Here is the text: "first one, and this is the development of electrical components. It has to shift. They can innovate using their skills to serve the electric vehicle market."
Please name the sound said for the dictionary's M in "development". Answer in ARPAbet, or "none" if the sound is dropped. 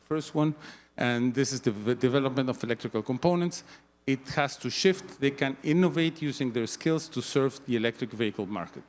M